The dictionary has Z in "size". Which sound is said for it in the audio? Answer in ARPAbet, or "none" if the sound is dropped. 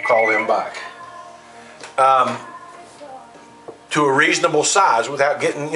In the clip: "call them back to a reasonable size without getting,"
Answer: Z